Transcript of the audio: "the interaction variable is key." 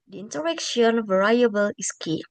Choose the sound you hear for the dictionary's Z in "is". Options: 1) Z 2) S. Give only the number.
2